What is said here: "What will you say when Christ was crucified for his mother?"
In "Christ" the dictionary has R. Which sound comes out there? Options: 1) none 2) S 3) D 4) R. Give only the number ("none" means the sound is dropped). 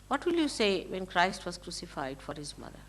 4